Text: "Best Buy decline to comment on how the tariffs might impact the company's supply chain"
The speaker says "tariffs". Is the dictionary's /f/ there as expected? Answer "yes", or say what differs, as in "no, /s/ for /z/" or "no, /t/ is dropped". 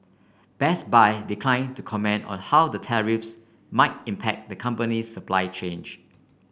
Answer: yes